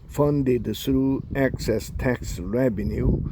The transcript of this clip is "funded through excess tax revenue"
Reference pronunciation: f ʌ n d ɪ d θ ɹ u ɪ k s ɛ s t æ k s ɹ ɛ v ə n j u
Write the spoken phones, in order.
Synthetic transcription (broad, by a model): f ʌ n d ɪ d s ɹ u ɪ k s ɛ s t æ k s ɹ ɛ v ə n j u